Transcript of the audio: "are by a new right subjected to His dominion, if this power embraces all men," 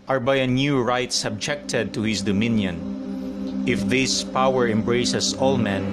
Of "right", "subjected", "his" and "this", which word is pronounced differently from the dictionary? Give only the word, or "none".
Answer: his